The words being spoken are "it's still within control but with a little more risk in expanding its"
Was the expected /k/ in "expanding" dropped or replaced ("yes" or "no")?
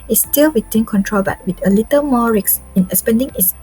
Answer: yes